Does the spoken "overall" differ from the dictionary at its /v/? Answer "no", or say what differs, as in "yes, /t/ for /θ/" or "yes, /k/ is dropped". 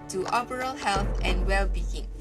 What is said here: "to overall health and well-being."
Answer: yes, /b/ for /v/